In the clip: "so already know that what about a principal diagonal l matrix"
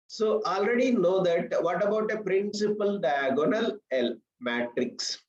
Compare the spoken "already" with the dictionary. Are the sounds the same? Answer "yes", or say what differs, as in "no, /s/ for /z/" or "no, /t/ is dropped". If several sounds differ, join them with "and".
yes